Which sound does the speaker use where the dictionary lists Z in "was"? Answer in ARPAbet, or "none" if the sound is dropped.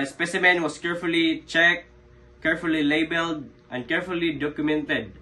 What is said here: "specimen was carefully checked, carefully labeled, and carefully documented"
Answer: S